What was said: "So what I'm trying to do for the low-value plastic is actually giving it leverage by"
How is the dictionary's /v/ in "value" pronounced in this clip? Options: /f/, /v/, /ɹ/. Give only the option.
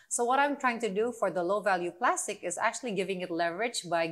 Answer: /v/